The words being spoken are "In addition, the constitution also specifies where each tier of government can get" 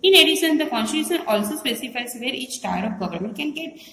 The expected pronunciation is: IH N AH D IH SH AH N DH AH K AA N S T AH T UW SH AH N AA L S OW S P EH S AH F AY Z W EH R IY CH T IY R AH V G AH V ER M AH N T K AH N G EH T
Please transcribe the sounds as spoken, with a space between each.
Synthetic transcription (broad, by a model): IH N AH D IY S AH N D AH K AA N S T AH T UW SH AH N AA L S OW S P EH S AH F AY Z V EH R IY CH T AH R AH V G AH V ER M AH N T K AH N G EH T